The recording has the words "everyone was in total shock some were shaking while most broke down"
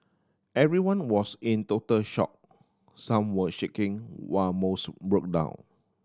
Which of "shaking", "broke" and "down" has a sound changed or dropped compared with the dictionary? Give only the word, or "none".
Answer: none